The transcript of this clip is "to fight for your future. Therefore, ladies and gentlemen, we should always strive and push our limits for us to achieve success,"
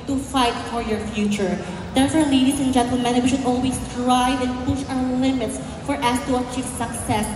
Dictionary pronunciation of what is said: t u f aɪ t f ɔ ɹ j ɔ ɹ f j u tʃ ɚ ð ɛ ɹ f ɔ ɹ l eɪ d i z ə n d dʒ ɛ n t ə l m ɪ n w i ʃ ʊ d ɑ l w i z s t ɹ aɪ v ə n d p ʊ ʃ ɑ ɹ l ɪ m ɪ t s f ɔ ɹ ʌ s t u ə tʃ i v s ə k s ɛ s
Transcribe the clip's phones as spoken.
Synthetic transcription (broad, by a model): t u f aɪ t f ɔ ɹ j ɔ ɹ f j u tʃ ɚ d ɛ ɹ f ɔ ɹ l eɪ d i s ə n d dʒ ɛ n t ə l m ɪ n w i ʃ ʊ d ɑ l w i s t ɹ aɪ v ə n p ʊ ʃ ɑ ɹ l ɪ m ɪ t s f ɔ ɹ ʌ s t u ə tʃ i v s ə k s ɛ s